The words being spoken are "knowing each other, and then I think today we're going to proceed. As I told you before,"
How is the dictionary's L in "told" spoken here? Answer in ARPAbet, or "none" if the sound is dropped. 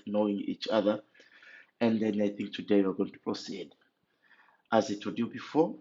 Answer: none